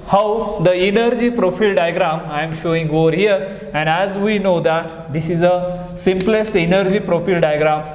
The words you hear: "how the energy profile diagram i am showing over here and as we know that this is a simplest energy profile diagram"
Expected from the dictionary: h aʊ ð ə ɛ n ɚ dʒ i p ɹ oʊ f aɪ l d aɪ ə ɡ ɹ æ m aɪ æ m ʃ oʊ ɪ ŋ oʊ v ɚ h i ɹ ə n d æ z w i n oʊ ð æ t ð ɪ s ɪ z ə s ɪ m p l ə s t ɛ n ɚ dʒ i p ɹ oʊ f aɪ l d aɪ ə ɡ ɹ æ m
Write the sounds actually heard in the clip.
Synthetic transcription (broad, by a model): h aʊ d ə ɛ n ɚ dʒ i p ɹ oʊ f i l d aɪ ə ɡ ɹ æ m aɪ m ʃ oʊ ɪ ŋ oʊ v ɚ h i ɹ ə n d æ z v i n oʊ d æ t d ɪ s ɪ z ə s ɪ m p l ə s t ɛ n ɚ dʒ i p ɹ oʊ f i l d aɪ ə ɡ ɹ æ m